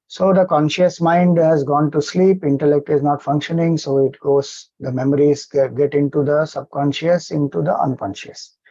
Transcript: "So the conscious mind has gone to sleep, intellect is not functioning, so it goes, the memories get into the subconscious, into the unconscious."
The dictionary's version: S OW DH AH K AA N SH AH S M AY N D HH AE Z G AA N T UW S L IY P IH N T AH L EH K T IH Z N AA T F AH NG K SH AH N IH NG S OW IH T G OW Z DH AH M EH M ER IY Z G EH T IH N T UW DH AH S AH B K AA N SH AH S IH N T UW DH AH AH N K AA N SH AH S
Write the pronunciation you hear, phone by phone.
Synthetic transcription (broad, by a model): S OW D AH K AA N SH AH S M AY N D HH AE Z G AA N T UW S L IY P IH N T AH L EH K T IH Z N AA T F AH NG K SH AH N IH NG S OW IH T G OW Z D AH M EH M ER IY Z G EH T IH N T UW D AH S AH B K AA N SH AH S IH N T UW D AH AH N K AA N SH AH S